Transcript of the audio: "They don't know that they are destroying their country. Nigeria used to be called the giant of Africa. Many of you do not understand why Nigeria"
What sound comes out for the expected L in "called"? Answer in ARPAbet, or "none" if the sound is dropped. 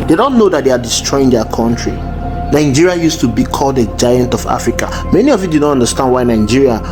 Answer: L